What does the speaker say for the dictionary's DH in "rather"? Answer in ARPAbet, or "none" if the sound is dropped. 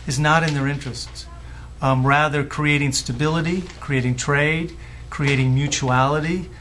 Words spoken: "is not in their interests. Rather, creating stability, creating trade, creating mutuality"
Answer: DH